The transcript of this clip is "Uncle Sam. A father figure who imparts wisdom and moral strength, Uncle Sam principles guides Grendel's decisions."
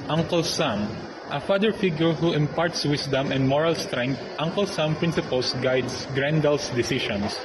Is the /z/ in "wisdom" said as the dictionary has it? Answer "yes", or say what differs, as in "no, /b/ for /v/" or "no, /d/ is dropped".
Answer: no, /s/ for /z/